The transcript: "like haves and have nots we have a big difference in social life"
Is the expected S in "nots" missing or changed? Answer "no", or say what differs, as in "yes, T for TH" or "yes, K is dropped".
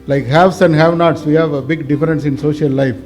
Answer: no